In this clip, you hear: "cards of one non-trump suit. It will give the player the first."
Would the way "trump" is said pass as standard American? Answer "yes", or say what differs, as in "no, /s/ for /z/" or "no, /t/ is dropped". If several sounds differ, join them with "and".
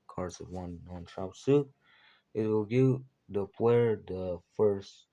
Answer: no, /m/ is dropped